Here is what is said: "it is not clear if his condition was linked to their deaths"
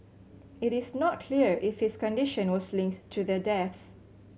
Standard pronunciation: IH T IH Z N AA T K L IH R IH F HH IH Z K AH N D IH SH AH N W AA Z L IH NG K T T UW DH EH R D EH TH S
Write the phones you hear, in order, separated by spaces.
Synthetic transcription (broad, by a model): IH T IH S N AA T K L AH R IH F HH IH S K AH N D IH SH AH N W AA S L IH NG K T T UW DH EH D EH TH S